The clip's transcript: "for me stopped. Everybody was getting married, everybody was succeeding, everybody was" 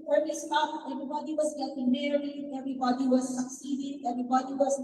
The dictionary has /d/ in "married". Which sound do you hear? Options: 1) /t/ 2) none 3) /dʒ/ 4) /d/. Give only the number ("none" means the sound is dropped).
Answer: 2